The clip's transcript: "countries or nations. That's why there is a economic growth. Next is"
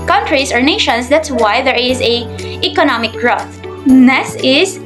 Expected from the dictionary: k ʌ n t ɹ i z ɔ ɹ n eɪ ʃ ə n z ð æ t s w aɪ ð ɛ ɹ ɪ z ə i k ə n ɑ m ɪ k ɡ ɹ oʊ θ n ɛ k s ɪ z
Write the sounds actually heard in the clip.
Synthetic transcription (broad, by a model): k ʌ n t ɹ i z ɔ ɹ n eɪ ʃ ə n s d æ t s w aɪ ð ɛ ɹ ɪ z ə i k ə n ɑ m ɪ k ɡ ɹ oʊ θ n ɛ s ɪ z